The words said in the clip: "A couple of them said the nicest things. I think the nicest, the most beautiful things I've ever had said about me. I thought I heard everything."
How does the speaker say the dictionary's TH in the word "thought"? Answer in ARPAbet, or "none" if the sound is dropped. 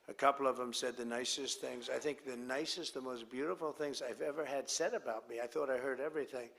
TH